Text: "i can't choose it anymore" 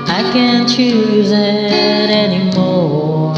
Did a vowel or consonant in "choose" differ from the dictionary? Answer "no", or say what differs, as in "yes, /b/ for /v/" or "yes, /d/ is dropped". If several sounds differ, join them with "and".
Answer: no